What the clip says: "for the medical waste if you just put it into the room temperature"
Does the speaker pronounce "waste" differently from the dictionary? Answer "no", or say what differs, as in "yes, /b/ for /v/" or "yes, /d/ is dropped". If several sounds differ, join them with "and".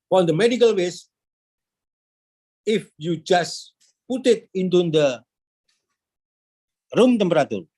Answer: yes, /t/ is dropped